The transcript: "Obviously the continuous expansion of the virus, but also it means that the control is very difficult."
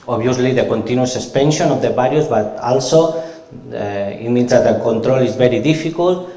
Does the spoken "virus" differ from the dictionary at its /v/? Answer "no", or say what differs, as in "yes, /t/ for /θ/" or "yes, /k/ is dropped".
yes, /b/ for /v/